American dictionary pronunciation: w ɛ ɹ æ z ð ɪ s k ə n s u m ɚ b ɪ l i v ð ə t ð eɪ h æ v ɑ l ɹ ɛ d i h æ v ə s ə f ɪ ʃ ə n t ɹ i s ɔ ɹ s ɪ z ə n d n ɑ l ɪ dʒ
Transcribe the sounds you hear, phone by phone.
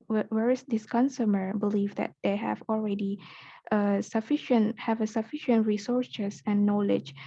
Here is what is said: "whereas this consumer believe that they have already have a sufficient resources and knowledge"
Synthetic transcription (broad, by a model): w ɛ ɹ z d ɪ s k ə n s u m ɚ b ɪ l i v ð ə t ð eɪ h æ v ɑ l ɹ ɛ d i h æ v ə s ə f ɪ ʃ ə n t ɹ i s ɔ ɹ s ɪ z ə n n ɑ l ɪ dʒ